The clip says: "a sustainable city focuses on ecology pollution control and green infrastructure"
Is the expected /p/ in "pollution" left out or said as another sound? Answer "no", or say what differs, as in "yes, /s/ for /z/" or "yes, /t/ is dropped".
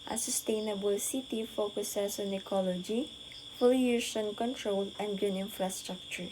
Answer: yes, /f/ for /p/